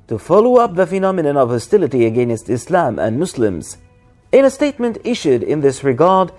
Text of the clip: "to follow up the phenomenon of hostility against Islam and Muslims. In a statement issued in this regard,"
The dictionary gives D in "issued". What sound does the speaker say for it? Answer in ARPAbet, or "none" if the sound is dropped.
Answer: D